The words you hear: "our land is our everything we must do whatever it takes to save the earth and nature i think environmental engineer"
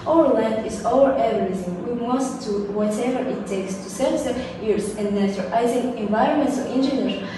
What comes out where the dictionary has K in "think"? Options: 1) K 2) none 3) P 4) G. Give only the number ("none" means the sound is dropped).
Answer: 2